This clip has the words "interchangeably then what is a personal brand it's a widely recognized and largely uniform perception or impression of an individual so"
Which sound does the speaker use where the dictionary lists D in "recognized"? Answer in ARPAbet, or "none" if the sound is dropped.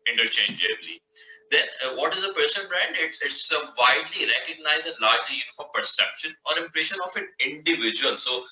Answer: none